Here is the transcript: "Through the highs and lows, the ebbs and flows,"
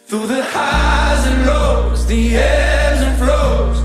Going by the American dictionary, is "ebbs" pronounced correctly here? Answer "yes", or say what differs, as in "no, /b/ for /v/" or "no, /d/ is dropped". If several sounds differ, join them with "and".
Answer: no, /b/ is dropped